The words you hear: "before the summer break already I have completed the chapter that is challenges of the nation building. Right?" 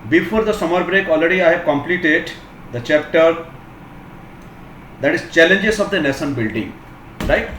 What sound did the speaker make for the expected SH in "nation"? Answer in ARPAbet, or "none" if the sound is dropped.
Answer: S